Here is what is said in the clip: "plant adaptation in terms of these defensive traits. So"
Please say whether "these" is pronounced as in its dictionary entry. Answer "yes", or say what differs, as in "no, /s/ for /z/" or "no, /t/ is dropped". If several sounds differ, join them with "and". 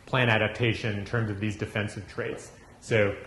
yes